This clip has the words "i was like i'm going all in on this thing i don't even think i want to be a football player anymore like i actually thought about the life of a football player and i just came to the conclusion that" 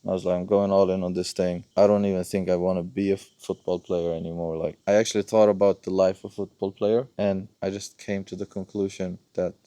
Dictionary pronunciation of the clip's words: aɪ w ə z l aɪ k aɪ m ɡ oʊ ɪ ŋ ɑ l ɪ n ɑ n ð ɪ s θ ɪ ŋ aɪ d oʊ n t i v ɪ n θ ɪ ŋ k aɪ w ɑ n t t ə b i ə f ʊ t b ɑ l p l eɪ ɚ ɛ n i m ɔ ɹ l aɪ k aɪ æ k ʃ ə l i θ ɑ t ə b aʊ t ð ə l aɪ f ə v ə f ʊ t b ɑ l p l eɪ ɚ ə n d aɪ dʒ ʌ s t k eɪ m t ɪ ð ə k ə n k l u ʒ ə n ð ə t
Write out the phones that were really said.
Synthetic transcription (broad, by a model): aɪ w ə z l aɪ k aɪ m ɡ oʊ ɪ ŋ ɑ l ɪ n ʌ n ð ɪ s θ ɪ ŋ aɪ d oʊ n t i v ɪ n θ ɪ ŋ k aɪ w ɑ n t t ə b i ə f ʊ t b ɑ l p l eɪ ɚ ɛ n i m ɔ ɹ l aɪ k aɪ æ k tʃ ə l i θ ɑ t ə b aʊ t ð ə l aɪ f ə v f ʊ t b ɑ l p l eɪ ɚ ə n aɪ dʒ ʌ s k eɪ m t ɪ ð ə k ə n k l u ʒ ə n ð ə t